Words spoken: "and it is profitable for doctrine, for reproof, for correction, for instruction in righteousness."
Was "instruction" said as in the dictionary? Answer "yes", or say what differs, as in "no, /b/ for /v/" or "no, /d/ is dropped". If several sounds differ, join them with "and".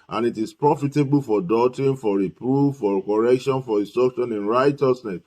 no, /n/ is dropped and /ɹ/ is dropped